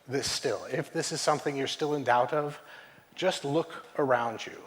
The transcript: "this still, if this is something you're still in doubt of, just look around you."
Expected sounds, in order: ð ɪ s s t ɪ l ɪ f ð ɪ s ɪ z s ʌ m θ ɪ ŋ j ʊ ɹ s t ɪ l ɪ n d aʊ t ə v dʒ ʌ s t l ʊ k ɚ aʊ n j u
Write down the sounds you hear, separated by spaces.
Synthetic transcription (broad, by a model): ð ɪ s s t ɪ l ɪ f ð ɪ s ɪ z s ʌ m θ ɪ ŋ j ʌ ɹ s t ɪ l ɪ n d aʊ t ə v dʒ ʌ s t l ʊ k ɚ aʊ n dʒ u